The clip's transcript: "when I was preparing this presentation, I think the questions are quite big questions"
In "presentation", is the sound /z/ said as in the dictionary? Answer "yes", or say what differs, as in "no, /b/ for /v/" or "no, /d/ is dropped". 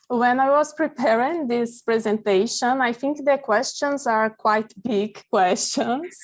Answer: yes